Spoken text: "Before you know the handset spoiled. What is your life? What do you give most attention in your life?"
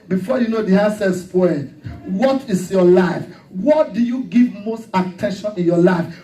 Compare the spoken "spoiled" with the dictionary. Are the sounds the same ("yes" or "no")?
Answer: no